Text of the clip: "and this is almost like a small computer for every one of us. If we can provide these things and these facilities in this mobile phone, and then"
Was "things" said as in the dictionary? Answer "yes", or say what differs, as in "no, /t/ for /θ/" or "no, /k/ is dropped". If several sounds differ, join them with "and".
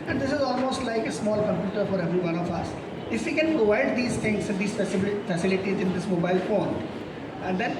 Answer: no, /t/ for /θ/